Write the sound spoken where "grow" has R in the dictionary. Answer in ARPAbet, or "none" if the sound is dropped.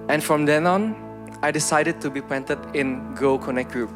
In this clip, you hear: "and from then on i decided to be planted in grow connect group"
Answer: none